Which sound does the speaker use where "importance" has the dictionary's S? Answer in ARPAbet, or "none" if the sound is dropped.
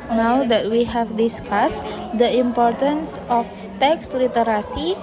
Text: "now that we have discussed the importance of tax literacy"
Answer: S